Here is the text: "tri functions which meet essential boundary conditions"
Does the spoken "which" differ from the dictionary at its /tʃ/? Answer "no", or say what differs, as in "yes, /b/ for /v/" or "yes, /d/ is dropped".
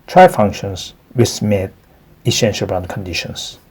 yes, /s/ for /tʃ/